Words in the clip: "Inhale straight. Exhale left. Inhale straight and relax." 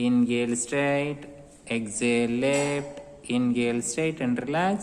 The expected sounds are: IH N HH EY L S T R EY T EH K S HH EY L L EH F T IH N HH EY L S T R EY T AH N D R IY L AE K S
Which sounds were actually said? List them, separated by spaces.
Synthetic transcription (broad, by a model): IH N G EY L S T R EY T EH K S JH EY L L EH P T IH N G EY L S T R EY T AH N D R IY L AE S